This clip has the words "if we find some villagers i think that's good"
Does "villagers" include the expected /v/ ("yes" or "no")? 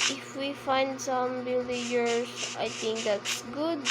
no